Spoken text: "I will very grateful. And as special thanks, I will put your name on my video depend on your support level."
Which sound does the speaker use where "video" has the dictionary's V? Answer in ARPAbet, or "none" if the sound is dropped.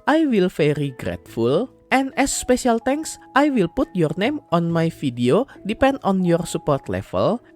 F